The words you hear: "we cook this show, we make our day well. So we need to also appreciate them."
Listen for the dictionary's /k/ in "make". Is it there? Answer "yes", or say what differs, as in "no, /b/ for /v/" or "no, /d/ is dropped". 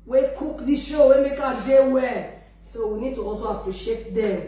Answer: yes